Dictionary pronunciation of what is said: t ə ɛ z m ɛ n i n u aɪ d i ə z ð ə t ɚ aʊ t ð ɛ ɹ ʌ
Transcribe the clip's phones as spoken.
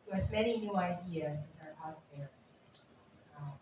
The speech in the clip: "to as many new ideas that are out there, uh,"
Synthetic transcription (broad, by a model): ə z m ɛ n i n u aɪ d i ə z ð ə t ɚ aʊ t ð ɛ ɹ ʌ